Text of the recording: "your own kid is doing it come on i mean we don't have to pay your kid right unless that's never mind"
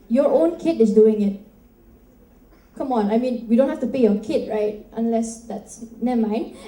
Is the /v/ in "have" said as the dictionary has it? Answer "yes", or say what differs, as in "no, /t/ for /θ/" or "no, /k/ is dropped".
no, /f/ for /v/